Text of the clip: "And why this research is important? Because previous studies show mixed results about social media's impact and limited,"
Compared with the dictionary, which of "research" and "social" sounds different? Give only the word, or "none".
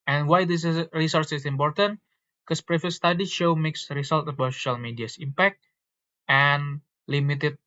research